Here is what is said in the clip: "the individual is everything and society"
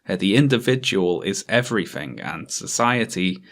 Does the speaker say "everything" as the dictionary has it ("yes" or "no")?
yes